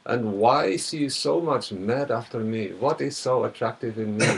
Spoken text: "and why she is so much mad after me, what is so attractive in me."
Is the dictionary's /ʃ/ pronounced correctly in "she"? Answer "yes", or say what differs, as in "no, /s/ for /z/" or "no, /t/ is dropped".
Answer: no, /s/ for /ʃ/